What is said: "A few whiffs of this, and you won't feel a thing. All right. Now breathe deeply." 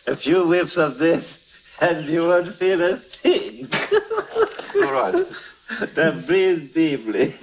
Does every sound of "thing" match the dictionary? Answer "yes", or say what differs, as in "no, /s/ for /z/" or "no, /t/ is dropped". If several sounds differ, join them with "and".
no, /s/ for /θ/